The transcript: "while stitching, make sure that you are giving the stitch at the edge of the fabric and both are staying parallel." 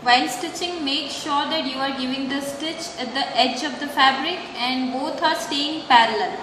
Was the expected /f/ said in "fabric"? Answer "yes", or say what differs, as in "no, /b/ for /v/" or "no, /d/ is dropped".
yes